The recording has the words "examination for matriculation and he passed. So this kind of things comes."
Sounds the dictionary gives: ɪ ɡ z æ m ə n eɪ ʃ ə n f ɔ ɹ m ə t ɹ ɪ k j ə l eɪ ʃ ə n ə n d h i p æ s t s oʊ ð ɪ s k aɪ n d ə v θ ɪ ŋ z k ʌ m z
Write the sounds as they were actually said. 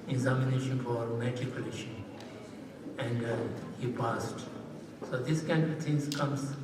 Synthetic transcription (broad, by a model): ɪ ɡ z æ m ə n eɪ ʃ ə n f ɔ ɹ m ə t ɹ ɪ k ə l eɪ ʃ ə ə n d h i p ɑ s t s oʊ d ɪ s k aɪ n d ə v t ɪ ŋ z k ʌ m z